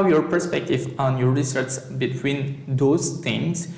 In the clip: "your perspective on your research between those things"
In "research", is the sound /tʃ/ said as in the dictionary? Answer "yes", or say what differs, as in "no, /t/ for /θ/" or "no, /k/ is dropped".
no, /s/ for /tʃ/